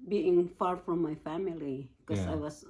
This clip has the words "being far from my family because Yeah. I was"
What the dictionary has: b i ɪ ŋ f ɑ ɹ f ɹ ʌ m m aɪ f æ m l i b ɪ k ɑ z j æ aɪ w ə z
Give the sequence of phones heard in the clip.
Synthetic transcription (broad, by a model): b i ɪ ŋ f ɑ ɹ f ɹ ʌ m m aɪ f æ m i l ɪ k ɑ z aɪ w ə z